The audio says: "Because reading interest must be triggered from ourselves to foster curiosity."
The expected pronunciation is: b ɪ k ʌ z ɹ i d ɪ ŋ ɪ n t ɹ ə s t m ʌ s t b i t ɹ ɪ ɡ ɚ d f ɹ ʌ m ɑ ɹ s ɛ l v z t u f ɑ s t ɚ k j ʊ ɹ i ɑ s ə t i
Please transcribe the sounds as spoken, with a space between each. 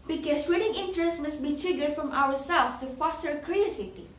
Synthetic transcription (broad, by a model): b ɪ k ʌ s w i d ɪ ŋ ɪ n t ɹ ə s t m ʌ s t b i t ɹ ɪ ɡ ɚ d f ɹ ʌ m ɑ w s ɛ l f t u f ɑ s t ɚ k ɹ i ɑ s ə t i